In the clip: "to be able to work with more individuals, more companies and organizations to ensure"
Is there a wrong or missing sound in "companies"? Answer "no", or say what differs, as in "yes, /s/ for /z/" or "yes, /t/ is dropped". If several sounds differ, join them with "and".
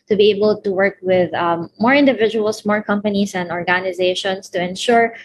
yes, /s/ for /z/